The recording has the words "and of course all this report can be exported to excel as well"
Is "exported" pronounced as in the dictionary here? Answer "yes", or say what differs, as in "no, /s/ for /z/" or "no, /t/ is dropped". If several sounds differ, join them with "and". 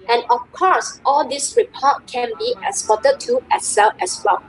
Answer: no, /k/ is dropped